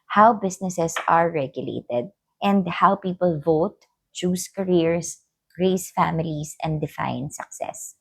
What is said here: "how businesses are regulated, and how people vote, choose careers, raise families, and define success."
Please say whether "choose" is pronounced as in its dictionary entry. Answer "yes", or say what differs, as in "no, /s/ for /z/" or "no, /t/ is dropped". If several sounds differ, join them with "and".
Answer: no, /s/ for /z/